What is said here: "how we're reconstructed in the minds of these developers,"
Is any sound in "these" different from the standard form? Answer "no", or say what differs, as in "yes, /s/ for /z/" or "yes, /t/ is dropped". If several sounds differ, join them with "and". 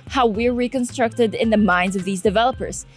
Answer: no